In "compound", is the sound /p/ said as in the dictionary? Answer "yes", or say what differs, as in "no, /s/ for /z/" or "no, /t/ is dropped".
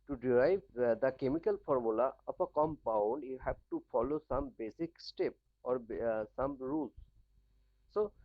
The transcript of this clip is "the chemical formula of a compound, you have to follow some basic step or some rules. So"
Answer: yes